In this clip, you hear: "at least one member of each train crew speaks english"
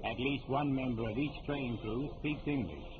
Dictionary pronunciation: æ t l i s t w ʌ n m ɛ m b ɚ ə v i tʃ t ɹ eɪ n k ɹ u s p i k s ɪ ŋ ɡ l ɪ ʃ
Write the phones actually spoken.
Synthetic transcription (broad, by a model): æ t l i s t w ʌ n m ɛ m b ɚ ə v i tʃ t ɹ eɪ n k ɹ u s p i k s ɪ ŋ ɡ l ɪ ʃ